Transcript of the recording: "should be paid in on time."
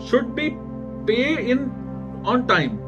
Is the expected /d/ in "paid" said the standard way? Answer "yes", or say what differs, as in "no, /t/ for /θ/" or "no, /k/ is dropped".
no, /d/ is dropped